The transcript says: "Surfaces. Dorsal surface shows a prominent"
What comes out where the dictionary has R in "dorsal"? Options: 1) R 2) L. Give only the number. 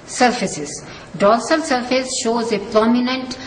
2